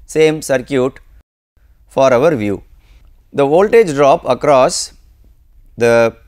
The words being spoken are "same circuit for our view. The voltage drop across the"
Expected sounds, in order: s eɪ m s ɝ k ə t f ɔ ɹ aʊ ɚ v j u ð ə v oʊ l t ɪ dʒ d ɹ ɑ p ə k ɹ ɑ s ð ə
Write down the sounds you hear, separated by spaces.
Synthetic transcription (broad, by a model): s eɪ m s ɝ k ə t f ɔ ɹ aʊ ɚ v j u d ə v oʊ l t ɪ dʒ d ɹ ɑ p ə k ɹ ɑ s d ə